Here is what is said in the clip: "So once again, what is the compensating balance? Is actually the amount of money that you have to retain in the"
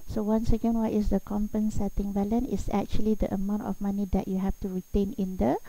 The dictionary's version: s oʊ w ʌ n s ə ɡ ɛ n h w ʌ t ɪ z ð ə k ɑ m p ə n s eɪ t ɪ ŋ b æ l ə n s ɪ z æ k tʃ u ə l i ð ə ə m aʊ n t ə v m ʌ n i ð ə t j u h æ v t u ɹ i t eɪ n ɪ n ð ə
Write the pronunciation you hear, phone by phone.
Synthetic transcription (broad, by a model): s oʊ w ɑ n s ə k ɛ n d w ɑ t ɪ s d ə k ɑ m p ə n s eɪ t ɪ ŋ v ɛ l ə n ɪ s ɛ k tʃ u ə l i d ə ə m aʊ n t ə f m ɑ n i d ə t j u h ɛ f t u ɹ i t eɪ n ɪ n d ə